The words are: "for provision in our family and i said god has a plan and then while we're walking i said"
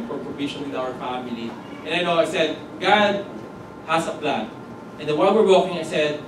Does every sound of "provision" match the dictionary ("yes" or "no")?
no